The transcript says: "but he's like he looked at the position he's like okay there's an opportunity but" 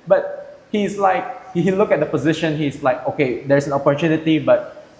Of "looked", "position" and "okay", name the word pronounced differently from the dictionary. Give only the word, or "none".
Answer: looked